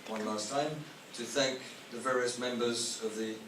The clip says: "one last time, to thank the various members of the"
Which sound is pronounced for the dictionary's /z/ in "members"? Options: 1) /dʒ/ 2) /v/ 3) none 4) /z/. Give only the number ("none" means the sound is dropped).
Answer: 4